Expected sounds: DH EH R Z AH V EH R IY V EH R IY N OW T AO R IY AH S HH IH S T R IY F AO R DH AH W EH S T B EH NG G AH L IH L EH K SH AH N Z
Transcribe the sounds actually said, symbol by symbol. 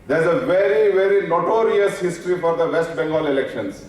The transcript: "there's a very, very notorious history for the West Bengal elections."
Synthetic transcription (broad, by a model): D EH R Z AH V EH R IY V EH R IY N OW T AO R IY AH S HH IH S T R IY F AO R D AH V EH S T B EH NG G AH L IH L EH K SH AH N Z